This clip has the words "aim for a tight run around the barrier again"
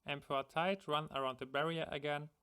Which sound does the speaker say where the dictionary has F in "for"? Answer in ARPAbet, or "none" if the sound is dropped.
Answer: P